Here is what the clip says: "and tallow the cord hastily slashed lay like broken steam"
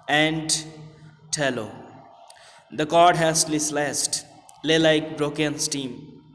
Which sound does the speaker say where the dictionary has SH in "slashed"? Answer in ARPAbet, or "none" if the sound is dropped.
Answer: S